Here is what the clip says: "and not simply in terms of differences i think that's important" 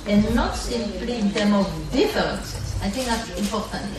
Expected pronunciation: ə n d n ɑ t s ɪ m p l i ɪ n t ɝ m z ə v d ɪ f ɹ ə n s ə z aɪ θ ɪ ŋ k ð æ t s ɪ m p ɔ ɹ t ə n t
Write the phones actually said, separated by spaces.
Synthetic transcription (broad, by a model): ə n n ɑ t s ɪ m p l i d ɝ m ə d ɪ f ə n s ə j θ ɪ ŋ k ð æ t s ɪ m p ɔ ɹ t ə n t